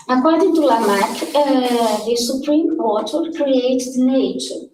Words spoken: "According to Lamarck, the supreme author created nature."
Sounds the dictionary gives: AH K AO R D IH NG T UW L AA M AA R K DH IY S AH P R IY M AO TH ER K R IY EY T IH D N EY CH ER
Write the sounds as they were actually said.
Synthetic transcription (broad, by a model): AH K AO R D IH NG T UW L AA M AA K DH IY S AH P R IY M AO T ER K R IY EY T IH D N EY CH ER